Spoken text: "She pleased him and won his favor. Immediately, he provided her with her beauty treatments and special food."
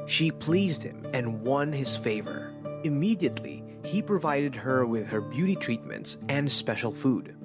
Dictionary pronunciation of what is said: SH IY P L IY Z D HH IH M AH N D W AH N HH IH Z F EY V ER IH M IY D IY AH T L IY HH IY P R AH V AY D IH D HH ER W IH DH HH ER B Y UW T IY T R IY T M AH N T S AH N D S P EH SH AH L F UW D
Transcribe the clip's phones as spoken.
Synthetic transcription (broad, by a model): SH IY P L IY Z D HH IH M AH N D W AH N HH IH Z F EY V ER IH M IY D IY AH T L IY HH IY P R AH V AY D IH D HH ER W IH DH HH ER B Y UW T IY T R IY T M AH N T S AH N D S P EH SH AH L F UW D